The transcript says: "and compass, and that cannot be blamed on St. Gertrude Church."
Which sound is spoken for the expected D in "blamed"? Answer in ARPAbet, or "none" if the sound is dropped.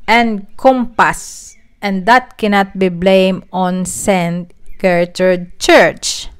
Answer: none